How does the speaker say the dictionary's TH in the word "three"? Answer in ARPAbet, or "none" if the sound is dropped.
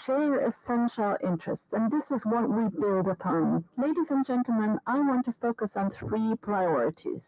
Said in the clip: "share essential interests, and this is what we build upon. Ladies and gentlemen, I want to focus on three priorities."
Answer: TH